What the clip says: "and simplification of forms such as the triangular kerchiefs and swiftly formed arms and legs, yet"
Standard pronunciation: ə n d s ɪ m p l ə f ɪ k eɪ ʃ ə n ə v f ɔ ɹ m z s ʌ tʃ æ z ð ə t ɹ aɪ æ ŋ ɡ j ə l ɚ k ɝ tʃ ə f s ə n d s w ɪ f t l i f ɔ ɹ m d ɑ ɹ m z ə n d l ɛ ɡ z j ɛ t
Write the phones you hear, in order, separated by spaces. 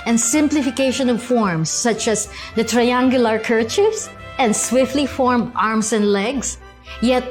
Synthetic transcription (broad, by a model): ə n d s ɪ m p l ə f ɪ k eɪ ʃ ə n ə v f ɔ ɹ m s ʌ tʃ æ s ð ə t ɹ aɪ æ ŋ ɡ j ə l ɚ k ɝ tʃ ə s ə n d s w ɪ f t l i f ɔ ɹ m d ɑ ɹ m s ə n d l ɛ ɡ s j ɛ t